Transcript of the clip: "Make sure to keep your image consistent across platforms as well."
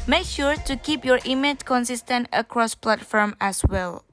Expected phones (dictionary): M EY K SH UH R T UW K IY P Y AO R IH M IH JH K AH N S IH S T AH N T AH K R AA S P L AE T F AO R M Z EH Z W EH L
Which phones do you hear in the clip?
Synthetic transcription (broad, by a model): M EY K SH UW R T UW K IY P Y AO R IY M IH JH K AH N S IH S T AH N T AH K R AA S P L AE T F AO R M EH S W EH L